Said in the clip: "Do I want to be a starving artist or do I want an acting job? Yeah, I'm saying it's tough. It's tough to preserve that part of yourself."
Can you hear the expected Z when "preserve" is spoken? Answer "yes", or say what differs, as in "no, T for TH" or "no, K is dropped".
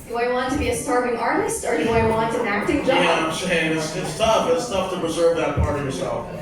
yes